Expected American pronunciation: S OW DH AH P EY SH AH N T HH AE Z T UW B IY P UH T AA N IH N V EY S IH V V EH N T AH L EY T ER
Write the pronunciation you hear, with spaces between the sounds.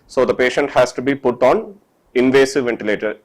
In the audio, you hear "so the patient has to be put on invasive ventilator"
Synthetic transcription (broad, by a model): S OW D AH P EY SH AH N T HH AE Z T UW B IY P UH T AA N IH N V EY S IH V V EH N T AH L EY T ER